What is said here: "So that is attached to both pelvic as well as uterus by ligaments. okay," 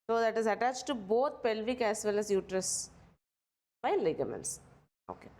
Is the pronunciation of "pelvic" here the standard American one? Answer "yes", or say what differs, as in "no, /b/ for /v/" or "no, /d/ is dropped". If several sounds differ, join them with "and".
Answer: yes